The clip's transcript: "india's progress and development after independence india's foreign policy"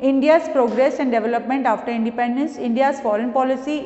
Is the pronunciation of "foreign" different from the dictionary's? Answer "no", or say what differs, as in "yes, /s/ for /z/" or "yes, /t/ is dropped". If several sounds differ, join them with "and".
no